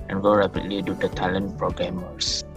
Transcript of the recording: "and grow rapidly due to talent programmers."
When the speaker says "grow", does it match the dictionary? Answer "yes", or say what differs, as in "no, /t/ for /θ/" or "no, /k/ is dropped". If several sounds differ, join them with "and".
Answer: no, /ɹ/ is dropped